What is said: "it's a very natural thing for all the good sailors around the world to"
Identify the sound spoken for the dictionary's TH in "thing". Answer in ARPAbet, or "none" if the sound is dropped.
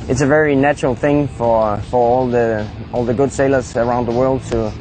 TH